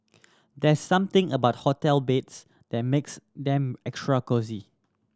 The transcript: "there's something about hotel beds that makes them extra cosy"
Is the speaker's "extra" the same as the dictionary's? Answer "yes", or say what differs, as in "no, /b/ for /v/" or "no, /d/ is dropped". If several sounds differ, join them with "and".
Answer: yes